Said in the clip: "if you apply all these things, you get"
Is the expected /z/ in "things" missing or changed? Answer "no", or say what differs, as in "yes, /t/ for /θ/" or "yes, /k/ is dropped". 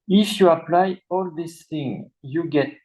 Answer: yes, /z/ is dropped